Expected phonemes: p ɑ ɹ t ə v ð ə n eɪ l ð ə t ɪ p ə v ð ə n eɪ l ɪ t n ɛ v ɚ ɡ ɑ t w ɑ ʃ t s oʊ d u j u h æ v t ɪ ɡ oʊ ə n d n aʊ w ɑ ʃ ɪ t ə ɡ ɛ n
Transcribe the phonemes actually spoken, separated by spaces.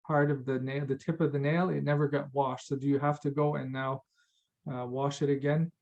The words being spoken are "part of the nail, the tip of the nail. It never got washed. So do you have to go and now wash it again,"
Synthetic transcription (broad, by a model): p ɑ ɹ t ə v ð ə n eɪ ð ə t ɪ p ə v ð ə n eɪ l ɪ t n ɛ v ɚ ɡ ɑ t w ɑ ʃ t s oʊ d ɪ j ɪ h æ f t ɪ ɡ oʊ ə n n aʊ w ɑ ʃ ɪ t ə ɡ ɛ n